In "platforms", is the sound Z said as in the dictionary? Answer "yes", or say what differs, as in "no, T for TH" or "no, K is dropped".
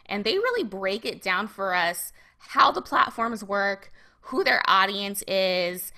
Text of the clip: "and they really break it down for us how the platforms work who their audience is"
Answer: yes